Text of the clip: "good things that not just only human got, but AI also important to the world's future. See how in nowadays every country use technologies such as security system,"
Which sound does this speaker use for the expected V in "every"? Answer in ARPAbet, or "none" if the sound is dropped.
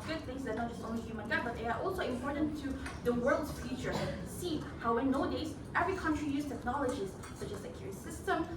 V